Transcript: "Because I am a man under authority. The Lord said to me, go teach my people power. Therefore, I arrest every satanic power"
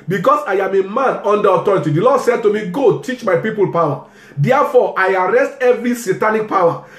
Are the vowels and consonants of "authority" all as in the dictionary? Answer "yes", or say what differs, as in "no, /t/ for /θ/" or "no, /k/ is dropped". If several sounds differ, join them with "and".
no, /t/ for /θ/